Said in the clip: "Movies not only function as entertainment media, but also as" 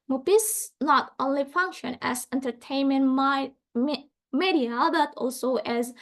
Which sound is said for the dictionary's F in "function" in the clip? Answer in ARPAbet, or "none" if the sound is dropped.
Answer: F